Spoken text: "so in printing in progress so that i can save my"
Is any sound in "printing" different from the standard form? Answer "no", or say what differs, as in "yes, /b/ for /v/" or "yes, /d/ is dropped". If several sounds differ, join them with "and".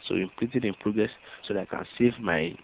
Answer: yes, /l/ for /ɹ/ and /n/ is dropped